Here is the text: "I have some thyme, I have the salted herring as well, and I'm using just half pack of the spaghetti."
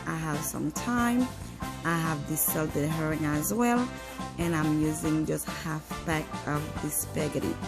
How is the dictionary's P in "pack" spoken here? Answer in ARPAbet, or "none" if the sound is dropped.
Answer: B